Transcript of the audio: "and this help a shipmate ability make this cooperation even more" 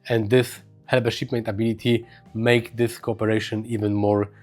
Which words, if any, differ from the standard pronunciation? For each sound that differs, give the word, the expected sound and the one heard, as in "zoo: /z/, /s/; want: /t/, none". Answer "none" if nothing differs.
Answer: help: /p/, /b/